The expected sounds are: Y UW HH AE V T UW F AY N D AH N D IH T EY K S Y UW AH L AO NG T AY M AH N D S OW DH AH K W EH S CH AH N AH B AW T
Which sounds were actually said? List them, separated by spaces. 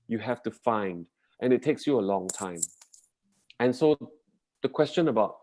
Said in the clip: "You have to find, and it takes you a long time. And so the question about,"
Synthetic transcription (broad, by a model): Y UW HH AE F T UW F AY N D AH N IH T EY K S Y UW AH L AO NG T AY M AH N S OW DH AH K W EH S CH AH N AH B AW T